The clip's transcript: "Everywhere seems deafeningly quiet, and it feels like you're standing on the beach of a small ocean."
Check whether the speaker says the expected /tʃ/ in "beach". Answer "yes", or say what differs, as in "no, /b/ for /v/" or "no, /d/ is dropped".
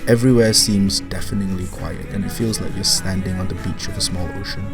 yes